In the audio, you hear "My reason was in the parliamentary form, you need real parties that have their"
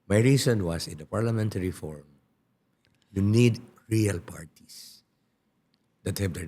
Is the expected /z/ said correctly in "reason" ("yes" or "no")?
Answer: no